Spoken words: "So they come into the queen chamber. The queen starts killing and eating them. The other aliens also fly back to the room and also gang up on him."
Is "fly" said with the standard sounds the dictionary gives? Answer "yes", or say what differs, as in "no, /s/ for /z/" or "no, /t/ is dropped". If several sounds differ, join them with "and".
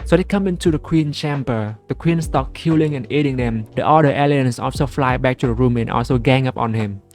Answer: yes